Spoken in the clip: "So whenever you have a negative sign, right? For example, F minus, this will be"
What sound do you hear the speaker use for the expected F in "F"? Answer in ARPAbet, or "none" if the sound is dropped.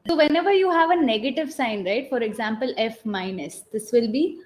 F